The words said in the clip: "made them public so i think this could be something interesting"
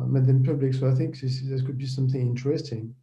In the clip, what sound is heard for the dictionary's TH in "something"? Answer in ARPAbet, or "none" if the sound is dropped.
TH